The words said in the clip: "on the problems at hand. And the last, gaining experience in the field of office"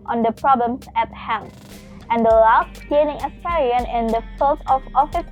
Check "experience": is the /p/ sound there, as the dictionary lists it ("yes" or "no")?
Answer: no